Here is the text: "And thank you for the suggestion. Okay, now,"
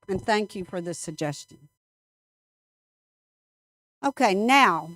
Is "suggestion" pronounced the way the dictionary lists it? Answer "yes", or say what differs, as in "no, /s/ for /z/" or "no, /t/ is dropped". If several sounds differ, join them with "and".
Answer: yes